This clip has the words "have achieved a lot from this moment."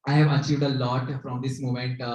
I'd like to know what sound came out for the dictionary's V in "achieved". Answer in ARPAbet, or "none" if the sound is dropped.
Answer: V